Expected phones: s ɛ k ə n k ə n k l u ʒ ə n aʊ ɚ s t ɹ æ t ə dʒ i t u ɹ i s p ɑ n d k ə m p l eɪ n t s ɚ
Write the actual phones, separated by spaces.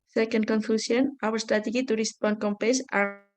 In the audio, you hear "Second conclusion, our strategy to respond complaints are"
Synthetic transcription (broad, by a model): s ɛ k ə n k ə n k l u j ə n aʊ ɚ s t ɹ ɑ t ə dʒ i t u ɹ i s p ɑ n k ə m p eɪ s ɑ